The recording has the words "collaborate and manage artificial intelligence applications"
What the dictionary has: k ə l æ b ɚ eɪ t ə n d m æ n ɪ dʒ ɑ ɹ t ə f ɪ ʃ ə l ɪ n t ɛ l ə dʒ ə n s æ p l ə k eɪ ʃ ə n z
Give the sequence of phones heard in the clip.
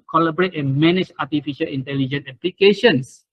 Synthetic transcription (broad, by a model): k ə l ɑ b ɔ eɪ t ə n m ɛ n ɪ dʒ ɑ t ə f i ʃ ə l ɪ n t ɛ l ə dʒ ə n ɛ p l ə k eɪ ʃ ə n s